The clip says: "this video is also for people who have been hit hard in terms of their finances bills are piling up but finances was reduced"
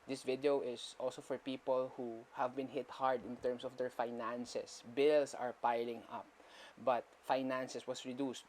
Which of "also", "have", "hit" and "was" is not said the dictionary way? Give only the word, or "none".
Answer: was